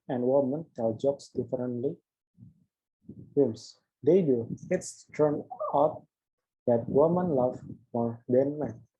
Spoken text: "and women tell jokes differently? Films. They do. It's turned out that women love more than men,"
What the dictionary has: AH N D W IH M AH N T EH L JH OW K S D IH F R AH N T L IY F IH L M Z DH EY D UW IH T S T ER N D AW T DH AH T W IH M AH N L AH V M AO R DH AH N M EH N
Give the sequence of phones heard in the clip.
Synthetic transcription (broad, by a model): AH N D W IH M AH N T EH L JH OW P S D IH F R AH N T L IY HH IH M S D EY D UW IH T S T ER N AW T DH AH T W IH M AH N L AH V M AO R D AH N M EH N